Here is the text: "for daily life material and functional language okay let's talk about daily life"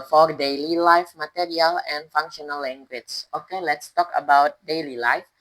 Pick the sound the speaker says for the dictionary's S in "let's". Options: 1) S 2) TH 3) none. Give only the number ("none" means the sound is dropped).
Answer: 1